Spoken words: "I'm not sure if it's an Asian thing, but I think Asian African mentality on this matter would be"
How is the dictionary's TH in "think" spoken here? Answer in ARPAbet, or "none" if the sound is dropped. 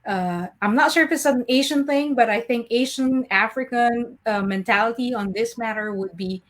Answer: TH